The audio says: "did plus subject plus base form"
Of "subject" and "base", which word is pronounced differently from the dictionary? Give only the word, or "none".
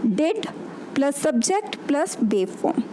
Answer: base